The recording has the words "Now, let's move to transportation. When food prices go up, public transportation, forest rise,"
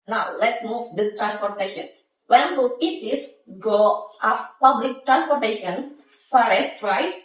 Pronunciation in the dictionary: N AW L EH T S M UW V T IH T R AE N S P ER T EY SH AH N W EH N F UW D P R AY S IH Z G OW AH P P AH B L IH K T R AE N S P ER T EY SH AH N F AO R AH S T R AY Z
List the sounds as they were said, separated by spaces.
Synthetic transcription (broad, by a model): N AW L EH T S M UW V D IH T R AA N S P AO T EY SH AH N W EH N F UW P IY S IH S G OW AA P P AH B L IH K T R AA N S P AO T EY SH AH N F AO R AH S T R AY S